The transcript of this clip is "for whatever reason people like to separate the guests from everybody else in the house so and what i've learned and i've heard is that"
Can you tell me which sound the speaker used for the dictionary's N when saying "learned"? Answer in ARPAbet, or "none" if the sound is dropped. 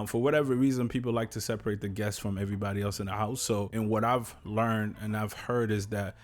N